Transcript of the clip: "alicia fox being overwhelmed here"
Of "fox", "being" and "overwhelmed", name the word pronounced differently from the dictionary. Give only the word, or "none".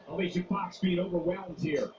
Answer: fox